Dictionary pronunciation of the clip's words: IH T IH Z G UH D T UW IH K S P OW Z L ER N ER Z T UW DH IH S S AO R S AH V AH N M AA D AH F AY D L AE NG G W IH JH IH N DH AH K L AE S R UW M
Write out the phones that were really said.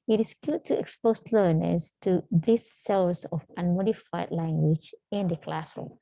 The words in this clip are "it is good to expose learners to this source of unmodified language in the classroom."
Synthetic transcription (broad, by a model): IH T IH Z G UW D T UW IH K S P OW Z L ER N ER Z T UW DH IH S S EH L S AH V AH N M AA D AH F AY D L AE NG G W IH JH IH N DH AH K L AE S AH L